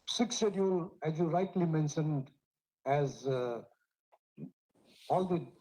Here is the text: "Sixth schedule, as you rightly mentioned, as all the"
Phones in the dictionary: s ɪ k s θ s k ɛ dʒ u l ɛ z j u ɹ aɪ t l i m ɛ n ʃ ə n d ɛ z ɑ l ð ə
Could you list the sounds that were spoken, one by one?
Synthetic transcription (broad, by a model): s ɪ k s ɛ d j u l ɛ z j u ɹ aɪ t l i m ɛ n ʃ ə n d ɛ z ɑ l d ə